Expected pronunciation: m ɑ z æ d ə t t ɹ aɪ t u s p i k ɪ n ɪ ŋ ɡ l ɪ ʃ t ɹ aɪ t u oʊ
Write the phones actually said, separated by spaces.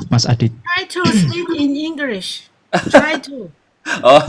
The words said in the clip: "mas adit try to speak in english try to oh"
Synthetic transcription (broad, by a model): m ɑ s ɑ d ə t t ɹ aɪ t u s i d ɪ n ɪ ŋ ɡ l ɪ ʃ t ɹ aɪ t u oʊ